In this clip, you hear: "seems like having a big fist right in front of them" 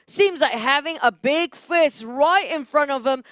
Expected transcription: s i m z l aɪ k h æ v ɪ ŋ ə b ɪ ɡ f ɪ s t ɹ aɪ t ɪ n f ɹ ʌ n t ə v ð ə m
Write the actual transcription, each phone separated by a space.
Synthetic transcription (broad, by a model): s i m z l aɪ k h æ v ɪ ŋ ə b ɪ ɡ f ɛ s ɹ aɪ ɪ ɪ n f ɹ ʌ n t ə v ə m